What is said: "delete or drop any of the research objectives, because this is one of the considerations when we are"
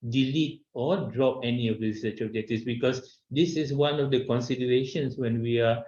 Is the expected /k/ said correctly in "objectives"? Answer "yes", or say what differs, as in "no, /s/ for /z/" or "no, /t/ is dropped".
no, /k/ is dropped